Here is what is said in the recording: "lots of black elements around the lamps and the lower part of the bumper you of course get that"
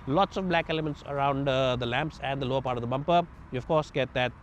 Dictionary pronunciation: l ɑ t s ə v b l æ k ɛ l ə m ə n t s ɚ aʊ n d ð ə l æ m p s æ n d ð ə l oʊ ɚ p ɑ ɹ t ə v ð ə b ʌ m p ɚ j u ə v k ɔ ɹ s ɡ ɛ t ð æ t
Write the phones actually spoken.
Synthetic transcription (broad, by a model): l ɑ t s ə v b l æ k ɛ l ə m ə n t s ɚ aʊ n d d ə l æ m p s æ n d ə l oʊ ɚ p ɑ ɹ t ə v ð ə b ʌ m p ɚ j u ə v k ɔ ɹ s ɡ ɛ t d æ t